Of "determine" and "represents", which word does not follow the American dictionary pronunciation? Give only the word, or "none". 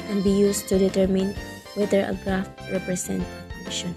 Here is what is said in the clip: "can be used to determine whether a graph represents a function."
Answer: represents